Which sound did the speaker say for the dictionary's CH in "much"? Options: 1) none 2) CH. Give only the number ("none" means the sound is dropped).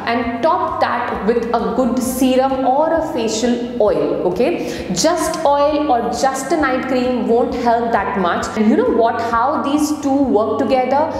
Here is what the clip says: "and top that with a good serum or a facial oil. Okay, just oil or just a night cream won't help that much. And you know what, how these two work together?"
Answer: 2